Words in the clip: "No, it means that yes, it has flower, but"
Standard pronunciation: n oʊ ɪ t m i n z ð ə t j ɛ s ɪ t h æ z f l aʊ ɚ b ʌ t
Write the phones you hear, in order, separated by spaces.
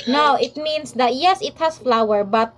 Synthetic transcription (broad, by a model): n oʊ ɪ t m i n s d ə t j ɛ s ɪ t h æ s f l aʊ ɚ b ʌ t